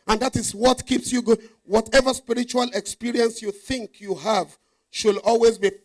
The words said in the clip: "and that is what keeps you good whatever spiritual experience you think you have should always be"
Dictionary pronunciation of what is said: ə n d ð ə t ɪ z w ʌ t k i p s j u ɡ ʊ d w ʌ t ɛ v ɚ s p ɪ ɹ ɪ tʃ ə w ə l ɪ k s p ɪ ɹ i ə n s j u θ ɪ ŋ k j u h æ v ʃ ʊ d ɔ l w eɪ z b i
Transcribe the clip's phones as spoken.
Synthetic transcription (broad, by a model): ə n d ð ə t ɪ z w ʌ t k i p s j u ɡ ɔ w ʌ t ɛ v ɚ s p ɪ ɹ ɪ tʃ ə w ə l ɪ k s p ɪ ɹ i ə n s j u θ ɪ ŋ k j u h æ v ʃ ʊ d ɔ l w eɪ z b i